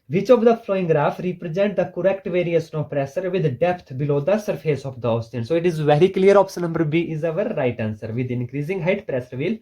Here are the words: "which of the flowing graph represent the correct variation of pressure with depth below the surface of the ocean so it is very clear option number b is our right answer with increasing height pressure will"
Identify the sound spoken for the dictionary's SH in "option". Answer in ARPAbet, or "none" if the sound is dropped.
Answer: S